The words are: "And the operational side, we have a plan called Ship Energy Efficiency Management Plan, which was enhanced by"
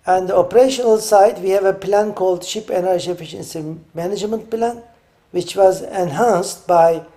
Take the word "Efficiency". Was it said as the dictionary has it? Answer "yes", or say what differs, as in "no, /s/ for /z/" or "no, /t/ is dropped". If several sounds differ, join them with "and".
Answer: yes